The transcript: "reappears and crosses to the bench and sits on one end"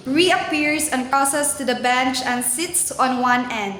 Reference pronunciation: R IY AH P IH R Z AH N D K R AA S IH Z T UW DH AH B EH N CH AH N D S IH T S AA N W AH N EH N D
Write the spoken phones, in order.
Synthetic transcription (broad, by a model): R IY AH P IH R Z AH N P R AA S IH S T UW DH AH B EH N CH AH N S IH T S AA N W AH N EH N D